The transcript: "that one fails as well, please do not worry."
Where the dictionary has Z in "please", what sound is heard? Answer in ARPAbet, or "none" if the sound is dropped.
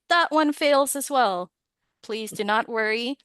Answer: Z